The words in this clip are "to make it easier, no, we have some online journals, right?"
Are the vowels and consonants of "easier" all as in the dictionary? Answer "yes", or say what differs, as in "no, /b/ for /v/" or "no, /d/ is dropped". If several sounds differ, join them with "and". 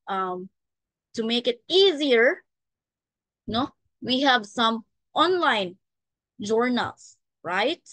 yes